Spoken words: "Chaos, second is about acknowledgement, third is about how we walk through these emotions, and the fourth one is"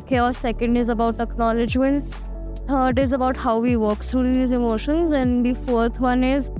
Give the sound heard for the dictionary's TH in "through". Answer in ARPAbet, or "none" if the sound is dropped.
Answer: S